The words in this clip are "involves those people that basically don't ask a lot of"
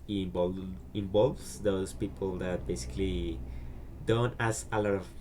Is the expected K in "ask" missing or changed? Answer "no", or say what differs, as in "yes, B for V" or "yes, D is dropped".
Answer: yes, K is dropped